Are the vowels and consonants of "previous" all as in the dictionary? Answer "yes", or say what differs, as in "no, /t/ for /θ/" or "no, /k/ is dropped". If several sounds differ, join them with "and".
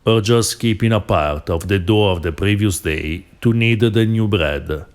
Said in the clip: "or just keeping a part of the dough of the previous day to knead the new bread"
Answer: yes